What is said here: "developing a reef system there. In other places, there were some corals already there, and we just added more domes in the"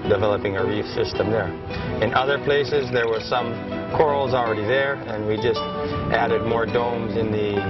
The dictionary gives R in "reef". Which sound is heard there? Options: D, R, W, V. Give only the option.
R